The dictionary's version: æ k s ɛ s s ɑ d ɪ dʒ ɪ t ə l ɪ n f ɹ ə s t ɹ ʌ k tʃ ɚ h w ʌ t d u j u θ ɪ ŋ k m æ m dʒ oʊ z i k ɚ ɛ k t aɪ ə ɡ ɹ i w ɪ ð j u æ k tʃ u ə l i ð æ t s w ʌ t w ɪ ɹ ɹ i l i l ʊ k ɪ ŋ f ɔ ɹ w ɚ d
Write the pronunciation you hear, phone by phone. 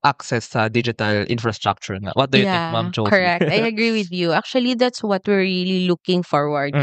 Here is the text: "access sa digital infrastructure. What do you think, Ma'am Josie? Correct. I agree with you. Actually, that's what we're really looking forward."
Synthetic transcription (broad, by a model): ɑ k s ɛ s s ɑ d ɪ dʒ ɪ t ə l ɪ n f ɹ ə s t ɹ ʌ k tʃ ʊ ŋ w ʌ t d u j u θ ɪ k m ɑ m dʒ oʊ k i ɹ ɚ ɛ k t aɪ ə ɡ ɹ i w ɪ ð j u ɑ k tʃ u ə l i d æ t s w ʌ t w ɪ ɹ ɹ i l i l ʊ k ɪ ŋ f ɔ ɹ w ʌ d